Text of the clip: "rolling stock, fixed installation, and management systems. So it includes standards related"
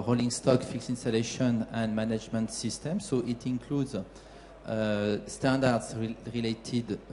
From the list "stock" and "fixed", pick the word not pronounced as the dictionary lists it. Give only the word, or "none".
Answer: fixed